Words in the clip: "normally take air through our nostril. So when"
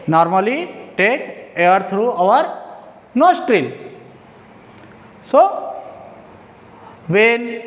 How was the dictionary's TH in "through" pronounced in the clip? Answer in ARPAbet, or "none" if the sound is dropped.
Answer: T